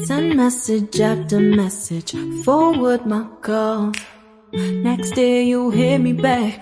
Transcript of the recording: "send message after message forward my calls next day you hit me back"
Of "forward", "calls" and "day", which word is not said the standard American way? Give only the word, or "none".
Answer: calls